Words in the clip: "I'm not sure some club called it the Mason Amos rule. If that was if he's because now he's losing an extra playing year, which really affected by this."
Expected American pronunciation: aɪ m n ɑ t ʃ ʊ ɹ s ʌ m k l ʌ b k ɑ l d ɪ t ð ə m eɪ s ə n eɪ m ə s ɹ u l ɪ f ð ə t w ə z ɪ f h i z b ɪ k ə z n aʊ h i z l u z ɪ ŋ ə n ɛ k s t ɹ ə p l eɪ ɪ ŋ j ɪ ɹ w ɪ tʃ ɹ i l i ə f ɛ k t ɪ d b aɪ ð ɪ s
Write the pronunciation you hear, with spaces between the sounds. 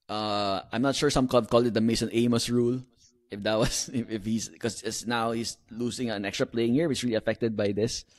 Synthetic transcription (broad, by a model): aɪ m n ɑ t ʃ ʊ ɹ s ʌ m k ɔ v k ɑ l d ɪ t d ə m eɪ s ə n eɪ m ə s ɹ u l ɪ f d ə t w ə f ɪ f h i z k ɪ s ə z n aʊ h i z l u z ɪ ŋ ə n ɛ k s t ɹ ə p l eɪ ɪ ŋ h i ɹ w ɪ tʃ ɹ i l i ə f ɛ k t ɪ d b aɪ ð ɪ s